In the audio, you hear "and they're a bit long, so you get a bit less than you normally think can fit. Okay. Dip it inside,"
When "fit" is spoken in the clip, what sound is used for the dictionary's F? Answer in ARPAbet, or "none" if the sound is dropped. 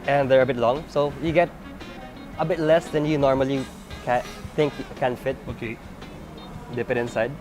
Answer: F